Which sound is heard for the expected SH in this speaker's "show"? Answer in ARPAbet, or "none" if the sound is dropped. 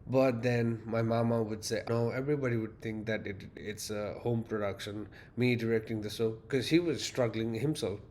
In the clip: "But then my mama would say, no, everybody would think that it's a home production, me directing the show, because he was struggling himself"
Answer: S